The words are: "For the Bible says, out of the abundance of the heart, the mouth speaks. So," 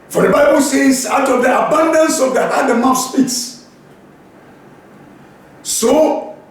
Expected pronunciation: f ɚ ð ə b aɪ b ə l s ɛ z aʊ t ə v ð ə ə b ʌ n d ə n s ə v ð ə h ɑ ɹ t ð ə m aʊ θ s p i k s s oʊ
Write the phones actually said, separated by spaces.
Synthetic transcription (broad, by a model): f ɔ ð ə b aɪ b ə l s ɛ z aʊ t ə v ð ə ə b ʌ n d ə n s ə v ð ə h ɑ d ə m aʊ f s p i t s s oʊ